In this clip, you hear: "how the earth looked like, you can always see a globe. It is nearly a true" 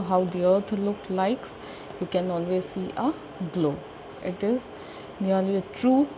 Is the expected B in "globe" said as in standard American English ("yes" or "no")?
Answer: no